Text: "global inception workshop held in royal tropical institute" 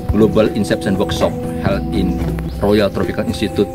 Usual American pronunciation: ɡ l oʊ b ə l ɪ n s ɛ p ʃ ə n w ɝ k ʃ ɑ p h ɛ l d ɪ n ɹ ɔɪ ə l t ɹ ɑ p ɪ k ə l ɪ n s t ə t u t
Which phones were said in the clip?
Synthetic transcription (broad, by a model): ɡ l oʊ b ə l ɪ n s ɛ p s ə n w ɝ k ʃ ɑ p h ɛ l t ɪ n ɹ ɔɪ ə l t ɹ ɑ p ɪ k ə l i n s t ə t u t